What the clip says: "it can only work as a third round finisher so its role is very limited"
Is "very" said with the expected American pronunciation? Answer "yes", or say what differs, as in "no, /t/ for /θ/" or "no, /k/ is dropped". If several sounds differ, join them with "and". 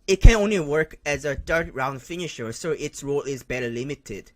no, /b/ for /v/